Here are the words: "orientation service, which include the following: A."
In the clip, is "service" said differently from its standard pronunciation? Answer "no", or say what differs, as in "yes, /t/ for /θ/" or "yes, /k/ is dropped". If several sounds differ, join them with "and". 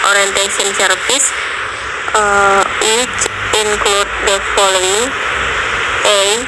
yes, /p/ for /v/